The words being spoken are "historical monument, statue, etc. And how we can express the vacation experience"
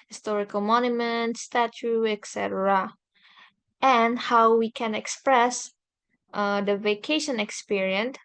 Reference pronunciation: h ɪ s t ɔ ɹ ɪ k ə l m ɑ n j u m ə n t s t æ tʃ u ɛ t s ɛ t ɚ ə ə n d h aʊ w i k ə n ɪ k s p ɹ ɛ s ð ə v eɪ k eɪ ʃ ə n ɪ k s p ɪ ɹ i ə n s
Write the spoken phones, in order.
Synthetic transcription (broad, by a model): h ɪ s t ɔ ɹ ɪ k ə l m ɑ n j u m ə n t s t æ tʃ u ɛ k s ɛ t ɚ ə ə n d h aʊ w i k ə n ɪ k s p ɹ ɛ s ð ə v eɪ k eɪ ʃ ə n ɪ k s p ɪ ɹ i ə n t